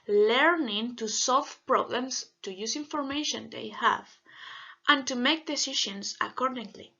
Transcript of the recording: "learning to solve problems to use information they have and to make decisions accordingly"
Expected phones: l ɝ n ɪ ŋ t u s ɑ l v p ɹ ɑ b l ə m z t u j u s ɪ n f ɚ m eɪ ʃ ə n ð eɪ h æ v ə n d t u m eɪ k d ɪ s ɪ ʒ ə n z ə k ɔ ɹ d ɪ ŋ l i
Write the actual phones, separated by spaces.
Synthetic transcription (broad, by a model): l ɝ n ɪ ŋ t u s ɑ l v p ɹ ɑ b l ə m s t u j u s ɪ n f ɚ m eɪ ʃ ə n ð eɪ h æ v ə n t u m eɪ k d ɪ s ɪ ʃ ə n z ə k ɔ ɹ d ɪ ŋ l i